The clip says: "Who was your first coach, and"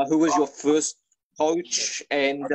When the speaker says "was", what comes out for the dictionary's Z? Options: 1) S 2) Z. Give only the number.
2